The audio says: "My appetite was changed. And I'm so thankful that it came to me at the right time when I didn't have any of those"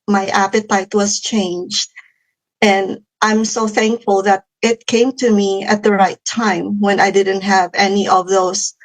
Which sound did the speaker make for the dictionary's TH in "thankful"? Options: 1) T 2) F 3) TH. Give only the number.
3